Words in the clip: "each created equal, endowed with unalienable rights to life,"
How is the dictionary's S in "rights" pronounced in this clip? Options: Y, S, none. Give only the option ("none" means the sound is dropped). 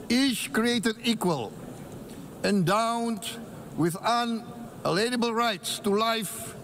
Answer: S